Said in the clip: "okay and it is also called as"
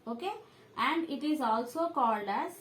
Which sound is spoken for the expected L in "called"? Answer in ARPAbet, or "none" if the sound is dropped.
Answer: L